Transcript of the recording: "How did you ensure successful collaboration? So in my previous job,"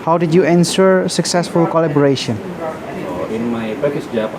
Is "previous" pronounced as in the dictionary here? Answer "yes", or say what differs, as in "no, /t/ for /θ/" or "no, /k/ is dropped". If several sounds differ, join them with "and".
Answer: no, /ɹ/ is dropped